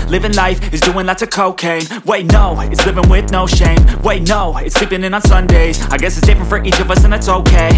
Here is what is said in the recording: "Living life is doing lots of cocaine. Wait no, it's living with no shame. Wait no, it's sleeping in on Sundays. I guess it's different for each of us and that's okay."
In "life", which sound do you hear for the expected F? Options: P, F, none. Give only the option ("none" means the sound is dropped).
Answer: F